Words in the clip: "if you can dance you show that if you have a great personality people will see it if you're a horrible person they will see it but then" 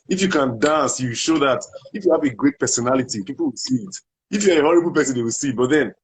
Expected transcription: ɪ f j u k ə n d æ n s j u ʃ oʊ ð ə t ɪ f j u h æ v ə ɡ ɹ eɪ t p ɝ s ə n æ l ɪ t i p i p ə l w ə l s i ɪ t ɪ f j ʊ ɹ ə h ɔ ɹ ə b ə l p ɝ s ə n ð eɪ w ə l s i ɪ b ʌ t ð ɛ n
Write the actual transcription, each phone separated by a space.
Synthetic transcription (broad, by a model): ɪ f j u k ə n d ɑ n s j u ʃ oʊ ð ə t ɪ f j u h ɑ v ə ɡ ɹ eɪ t p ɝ s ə n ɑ l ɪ t i p i p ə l w ə l s i ɪ t ɪ f j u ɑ ə h ɔ ɹ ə b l p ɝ s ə n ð eɪ w ə l s i b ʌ t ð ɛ n